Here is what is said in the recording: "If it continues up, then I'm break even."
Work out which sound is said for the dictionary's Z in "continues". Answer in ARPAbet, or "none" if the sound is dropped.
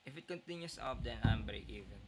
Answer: S